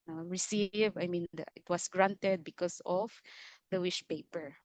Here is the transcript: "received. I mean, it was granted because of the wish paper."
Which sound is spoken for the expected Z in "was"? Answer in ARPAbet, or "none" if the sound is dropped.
S